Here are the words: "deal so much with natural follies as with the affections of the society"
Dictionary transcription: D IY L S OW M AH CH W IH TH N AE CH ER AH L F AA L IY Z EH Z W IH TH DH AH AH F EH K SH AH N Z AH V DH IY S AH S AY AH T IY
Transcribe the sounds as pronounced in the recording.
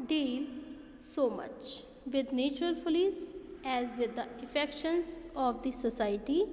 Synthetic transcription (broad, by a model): D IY L S OW M AH CH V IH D N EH CH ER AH L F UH L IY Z EH Z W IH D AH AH F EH K SH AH N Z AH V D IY S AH S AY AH T IY